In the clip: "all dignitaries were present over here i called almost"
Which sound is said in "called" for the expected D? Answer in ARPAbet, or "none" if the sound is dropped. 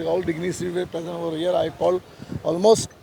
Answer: none